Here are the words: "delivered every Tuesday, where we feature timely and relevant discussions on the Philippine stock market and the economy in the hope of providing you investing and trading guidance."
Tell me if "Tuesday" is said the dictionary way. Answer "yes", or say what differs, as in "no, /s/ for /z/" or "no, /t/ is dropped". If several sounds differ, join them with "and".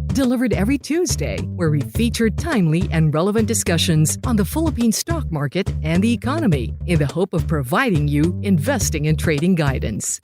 yes